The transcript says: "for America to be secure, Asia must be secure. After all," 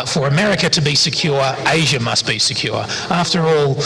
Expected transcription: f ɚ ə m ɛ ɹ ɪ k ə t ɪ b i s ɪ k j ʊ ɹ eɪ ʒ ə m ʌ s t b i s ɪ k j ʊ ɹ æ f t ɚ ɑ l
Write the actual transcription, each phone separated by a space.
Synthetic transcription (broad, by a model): f ɚ ə m ɛ ɹ ɪ k ə t ɪ b i s ɪ k j ʊ ɹ eɪ ʒ ə m ʌ s t b i s ɪ k j ʊ ɹ æ f t ɚ ɑ l